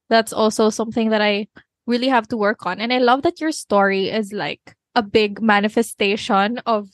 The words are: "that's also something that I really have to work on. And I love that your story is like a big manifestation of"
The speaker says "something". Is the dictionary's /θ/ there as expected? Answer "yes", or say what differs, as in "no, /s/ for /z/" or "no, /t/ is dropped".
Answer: yes